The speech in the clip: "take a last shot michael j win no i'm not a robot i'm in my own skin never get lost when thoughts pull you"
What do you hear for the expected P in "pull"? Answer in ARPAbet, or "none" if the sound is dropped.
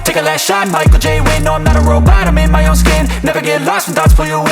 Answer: F